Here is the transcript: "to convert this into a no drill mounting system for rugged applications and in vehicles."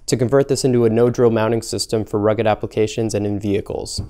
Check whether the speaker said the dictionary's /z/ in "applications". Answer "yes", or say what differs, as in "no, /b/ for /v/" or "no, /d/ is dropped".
yes